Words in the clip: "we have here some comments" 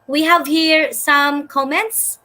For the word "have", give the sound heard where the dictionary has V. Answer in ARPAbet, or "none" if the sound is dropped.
V